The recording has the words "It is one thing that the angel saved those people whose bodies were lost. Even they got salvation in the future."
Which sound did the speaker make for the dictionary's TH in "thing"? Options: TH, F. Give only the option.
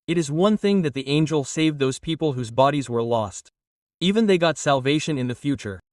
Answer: TH